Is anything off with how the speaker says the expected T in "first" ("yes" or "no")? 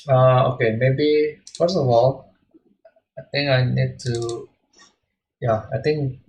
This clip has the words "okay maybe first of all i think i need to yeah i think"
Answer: yes